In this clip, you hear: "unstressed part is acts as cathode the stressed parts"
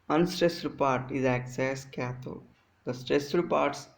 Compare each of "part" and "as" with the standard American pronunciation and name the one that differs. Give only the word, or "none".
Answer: as